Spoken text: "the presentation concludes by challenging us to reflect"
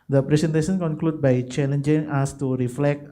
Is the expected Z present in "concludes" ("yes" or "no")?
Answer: no